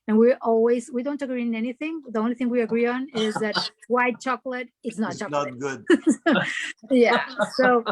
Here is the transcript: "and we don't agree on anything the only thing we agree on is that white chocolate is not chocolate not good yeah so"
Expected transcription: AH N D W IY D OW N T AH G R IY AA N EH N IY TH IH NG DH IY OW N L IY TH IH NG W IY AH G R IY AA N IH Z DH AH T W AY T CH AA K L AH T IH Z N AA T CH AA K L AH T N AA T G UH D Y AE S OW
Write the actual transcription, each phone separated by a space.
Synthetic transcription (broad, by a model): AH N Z W IY D OW N T AH G R IY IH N EH N IY TH IH NG DH IY OW N L IY TH IH NG W IY AH G R IY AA N IH Z DH AH T W AY T CH AA K L AH T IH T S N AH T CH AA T G UH D Y AE S OW